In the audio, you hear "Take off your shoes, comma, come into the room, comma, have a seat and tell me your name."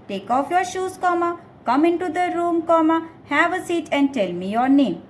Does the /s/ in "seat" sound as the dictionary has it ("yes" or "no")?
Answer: yes